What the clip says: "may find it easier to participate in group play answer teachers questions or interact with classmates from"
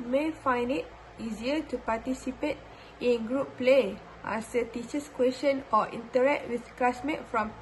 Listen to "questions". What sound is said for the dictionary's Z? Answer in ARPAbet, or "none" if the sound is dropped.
none